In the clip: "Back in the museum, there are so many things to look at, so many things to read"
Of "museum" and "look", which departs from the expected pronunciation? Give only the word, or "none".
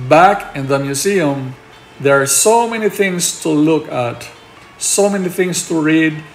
museum